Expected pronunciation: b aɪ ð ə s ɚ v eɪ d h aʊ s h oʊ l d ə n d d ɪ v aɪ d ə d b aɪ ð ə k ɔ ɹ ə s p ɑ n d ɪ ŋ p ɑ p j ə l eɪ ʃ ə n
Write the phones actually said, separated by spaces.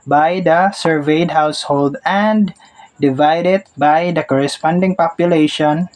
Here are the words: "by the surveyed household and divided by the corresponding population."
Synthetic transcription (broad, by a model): b aɪ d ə s ɚ v eɪ d h aʊ s h oʊ l d ə n d d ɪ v aɪ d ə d b aɪ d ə k ɔ ɹ ə s p ɑ n d ɪ ŋ p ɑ p j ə l eɪ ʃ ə n